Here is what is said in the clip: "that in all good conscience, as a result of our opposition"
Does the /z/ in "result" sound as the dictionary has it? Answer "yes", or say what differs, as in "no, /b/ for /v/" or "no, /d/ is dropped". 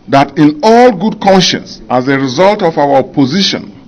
yes